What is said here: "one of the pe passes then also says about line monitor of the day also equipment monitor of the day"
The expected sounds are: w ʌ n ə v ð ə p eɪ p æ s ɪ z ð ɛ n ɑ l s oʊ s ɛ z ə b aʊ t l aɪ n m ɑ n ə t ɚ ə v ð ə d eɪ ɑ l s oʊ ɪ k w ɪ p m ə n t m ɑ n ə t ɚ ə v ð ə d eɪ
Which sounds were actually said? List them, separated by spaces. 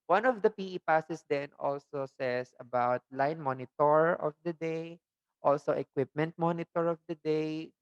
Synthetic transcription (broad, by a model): w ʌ n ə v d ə p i p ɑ s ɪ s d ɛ n ɑ l s oʊ s ɛ s ə b aʊ t l aɪ n m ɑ n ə t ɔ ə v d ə d eɪ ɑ l s oʊ ɪ k w ɪ p m ə n t m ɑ n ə t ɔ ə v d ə d eɪ